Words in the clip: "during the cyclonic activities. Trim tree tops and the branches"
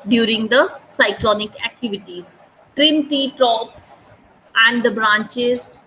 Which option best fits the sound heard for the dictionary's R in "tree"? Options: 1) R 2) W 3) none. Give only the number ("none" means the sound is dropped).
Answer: 3